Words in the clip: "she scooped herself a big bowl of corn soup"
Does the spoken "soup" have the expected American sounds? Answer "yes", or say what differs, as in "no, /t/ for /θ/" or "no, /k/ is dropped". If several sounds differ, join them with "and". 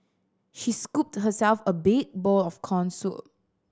no, /p/ is dropped